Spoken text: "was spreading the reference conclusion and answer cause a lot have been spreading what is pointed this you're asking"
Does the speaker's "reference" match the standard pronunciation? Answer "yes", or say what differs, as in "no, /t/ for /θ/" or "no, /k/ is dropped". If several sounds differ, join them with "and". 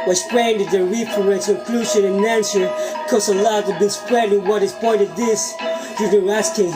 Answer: no, /p/ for /f/ and /n/ is dropped